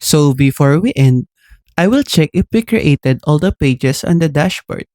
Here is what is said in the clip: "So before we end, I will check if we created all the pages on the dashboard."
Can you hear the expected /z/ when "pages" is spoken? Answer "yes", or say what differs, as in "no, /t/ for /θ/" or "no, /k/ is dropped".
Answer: no, /s/ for /z/